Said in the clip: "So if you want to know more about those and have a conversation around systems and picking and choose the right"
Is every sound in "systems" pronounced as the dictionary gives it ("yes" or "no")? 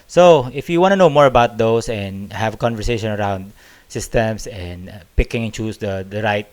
no